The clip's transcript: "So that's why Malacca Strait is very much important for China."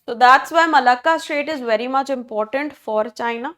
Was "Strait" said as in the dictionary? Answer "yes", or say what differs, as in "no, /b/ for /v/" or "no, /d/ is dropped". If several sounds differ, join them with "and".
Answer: no, /ɹ/ is dropped